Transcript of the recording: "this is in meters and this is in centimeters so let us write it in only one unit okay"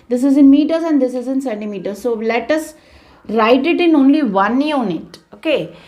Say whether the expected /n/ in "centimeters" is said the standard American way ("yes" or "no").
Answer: no